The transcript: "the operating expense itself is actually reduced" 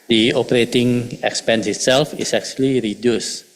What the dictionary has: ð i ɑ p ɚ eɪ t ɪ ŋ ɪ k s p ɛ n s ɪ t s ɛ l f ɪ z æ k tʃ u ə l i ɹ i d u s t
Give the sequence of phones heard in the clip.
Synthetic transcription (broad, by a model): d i ɑ p ɚ eɪ t ɪ ŋ ɪ k s p ɛ n s ɪ t s ɛ l f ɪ s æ k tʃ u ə l i ɹ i d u s